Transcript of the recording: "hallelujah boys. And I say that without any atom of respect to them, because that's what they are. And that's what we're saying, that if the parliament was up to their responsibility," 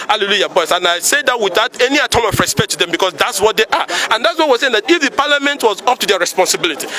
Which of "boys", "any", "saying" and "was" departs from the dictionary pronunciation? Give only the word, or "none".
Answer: boys